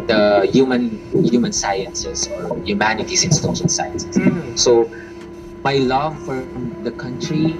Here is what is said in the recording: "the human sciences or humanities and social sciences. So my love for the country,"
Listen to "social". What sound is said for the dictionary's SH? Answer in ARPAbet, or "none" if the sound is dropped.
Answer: S